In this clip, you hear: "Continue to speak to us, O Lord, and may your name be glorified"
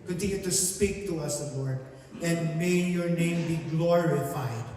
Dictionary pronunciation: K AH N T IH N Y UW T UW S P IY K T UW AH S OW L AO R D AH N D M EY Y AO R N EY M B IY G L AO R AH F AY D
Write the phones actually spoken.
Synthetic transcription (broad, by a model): K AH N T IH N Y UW T UW S P IY K T UW AH S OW W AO R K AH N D M EY Y AO R N EY M B IY G L AO R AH F AY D